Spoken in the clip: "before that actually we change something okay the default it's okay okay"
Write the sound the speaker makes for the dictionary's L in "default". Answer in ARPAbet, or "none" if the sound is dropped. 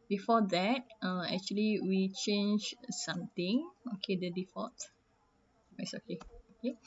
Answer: none